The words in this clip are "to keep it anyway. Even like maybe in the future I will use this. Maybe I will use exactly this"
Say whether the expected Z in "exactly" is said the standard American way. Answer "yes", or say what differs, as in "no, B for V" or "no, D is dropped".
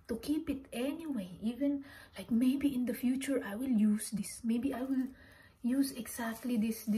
no, S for Z